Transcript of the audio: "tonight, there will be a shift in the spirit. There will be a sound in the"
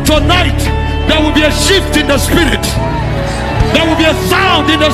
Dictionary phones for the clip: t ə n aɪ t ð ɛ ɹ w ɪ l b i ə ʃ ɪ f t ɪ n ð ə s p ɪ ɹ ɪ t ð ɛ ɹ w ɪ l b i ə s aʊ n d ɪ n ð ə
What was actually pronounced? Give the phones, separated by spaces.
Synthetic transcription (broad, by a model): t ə n aɪ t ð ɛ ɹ w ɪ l b i ə ʃ ɪ f t ɪ n ð ə s p ɪ ɹ ɪ t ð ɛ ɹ w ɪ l b i ə s aʊ n d ɪ n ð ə